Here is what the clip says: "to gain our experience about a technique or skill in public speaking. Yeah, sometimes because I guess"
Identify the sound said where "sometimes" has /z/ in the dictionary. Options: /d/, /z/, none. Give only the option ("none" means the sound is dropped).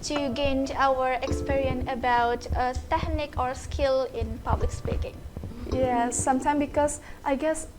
none